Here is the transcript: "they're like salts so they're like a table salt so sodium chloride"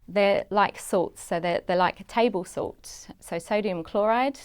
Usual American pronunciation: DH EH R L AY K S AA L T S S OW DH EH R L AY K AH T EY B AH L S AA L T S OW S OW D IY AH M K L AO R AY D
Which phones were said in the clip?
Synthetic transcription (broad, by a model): DH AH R L AY K S AA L T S S OW DH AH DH L AY K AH T EY B AH L S AA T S S OW S OW D IY AH M K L AO R AY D